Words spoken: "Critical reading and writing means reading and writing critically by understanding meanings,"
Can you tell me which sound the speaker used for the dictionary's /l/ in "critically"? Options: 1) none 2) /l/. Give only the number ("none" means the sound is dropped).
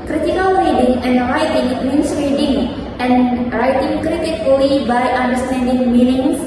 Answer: 1